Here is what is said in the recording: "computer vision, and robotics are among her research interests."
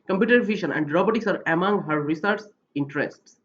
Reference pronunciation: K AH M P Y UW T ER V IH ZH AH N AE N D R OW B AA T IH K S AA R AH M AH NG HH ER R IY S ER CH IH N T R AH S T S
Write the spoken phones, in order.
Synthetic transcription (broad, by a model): K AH M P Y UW T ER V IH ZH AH N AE N D R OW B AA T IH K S AA R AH M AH NG HH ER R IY S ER S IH N T R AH S T S